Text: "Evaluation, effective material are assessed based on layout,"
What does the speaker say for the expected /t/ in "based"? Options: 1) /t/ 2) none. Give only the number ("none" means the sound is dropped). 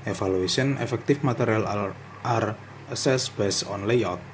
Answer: 2